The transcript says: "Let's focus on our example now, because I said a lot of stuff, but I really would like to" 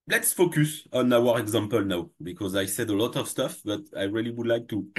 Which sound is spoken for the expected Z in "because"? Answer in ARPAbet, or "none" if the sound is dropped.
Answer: Z